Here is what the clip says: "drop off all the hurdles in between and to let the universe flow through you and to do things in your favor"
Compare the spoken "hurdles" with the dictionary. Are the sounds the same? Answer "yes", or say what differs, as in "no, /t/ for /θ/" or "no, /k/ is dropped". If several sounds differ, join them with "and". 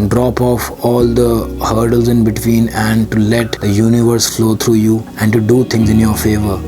yes